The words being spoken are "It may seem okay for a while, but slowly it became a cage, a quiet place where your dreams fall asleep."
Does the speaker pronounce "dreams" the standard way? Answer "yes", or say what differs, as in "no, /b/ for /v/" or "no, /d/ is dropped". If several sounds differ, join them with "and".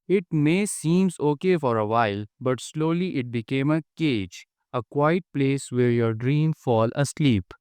no, /z/ is dropped